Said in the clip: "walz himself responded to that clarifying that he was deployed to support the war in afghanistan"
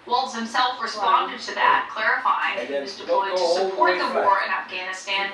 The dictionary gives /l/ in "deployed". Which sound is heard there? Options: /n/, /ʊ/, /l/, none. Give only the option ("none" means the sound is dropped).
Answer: none